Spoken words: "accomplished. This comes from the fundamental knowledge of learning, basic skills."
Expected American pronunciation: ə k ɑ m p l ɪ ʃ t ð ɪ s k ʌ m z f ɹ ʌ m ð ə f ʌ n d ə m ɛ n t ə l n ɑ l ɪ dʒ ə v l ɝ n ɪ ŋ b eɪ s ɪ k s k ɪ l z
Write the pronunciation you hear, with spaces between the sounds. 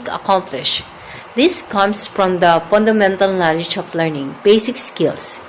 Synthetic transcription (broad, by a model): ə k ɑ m p l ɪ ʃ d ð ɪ s k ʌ m s f ɹ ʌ m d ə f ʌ n d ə m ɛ n t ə l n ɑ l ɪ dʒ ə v l ɝ n ɪ ŋ b eɪ s ɪ k s k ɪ l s